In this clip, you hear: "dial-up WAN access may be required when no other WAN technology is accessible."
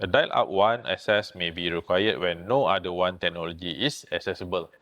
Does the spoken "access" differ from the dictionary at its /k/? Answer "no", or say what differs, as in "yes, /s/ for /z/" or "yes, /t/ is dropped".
yes, /k/ is dropped